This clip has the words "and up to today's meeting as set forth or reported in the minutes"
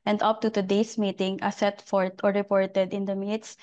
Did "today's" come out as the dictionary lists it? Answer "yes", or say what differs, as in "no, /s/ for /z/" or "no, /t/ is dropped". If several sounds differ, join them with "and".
no, /s/ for /z/